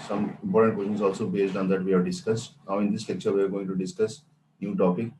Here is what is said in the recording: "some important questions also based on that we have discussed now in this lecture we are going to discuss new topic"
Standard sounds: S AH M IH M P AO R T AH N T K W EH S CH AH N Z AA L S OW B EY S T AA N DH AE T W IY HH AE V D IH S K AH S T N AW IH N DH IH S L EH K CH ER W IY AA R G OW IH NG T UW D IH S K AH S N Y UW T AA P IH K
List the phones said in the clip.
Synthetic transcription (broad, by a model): S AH M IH M P AO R T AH N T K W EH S SH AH N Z AA L S OW B EY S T AA N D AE T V IY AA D D IH S K AH S T N AW IH N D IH S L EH K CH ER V IY AA R G OW IH NG T UW D IH S K AH S N Y UW T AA P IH K